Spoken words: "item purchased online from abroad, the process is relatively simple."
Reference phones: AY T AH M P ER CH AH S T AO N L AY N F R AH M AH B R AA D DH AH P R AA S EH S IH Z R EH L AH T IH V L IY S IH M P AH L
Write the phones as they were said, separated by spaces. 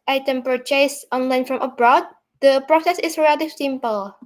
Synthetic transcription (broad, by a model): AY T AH M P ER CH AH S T AO N L AY N F R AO M AH B R AA D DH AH P R AA S EH S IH S R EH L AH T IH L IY S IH M P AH L